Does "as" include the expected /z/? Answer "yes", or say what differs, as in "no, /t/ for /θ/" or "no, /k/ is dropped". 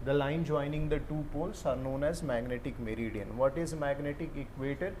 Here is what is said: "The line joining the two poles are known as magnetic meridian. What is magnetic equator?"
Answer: yes